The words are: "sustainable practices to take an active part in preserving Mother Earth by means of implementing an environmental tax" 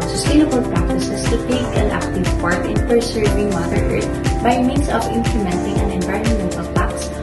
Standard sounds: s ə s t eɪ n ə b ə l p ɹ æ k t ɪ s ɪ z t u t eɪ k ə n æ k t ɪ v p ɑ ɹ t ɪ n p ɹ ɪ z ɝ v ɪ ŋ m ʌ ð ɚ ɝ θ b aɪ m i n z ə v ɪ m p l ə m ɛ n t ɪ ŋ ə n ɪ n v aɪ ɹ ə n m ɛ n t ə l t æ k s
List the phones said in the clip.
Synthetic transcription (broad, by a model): s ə s t eɪ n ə b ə l p ɹ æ k t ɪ s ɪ s t u t eɪ k ə n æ k t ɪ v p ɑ ɹ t ɪ n p ɹ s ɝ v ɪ ŋ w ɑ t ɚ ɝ t b aɪ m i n s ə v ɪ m p l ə m ɛ n t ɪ ŋ ə n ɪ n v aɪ ɹ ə n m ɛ n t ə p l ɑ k s